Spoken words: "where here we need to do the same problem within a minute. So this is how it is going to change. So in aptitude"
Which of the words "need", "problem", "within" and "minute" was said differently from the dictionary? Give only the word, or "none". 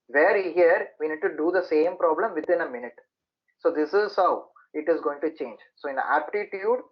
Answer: within